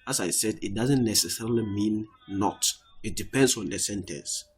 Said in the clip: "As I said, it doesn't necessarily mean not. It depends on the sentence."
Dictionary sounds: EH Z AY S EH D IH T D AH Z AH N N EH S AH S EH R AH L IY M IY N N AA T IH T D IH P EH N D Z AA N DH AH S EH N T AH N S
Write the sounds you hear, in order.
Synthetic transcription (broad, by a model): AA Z AY S EH D IH T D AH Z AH N N EH S AH S EH R AH L IY M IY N N AA T IH T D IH P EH N D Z AA N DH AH S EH N T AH N S